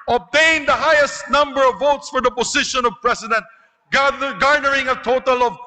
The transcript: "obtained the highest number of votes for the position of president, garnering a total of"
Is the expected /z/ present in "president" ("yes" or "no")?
no